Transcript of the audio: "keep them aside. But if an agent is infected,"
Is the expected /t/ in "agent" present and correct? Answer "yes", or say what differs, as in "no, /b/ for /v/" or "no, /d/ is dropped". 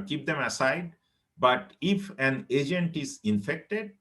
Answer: yes